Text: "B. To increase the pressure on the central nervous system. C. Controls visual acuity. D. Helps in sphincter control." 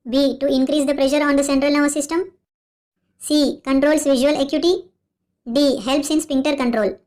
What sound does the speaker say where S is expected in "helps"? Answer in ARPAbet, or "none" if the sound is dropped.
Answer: S